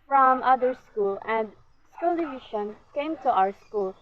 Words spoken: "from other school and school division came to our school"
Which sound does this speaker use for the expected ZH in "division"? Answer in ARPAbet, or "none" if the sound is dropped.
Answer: SH